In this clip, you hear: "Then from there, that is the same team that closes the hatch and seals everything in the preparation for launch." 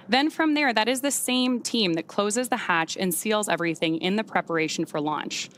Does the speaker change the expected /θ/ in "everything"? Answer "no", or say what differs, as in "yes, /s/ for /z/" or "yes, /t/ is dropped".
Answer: no